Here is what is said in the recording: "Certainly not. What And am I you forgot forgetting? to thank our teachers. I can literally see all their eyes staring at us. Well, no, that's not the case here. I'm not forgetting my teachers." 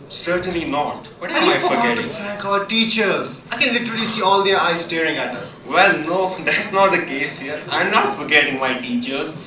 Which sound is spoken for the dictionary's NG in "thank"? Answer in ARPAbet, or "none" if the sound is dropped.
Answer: none